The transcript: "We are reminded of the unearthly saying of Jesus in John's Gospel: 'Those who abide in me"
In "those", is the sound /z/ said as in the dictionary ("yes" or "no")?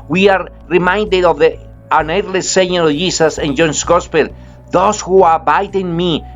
no